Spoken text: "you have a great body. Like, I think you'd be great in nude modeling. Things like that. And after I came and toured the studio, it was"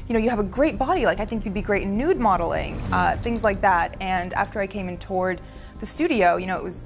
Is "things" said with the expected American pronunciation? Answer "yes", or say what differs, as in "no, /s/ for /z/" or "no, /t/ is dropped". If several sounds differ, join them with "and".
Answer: yes